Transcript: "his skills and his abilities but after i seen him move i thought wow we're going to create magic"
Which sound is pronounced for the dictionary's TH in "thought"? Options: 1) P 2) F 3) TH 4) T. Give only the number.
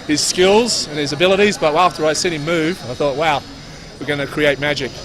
3